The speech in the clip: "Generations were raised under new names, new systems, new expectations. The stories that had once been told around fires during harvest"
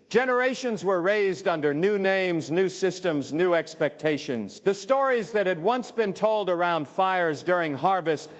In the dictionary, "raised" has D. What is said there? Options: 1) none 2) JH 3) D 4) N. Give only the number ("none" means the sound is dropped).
3